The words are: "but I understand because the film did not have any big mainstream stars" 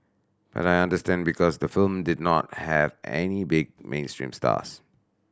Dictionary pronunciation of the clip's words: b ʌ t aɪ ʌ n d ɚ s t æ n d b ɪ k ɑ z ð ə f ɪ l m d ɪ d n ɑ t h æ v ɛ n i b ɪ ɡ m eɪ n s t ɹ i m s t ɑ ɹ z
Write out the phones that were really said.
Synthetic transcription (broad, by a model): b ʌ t aɪ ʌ n d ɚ s t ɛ n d b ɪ k ɑ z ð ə f ɪ l m d ɪ d n ɑ t h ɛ v ɛ n i b ɪ ɡ m eɪ n s t ɹ i m s t ɑ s